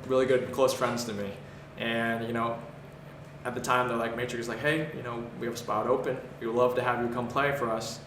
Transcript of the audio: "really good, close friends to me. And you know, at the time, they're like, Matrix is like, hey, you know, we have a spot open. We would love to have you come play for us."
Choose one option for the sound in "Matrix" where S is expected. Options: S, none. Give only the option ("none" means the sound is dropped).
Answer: none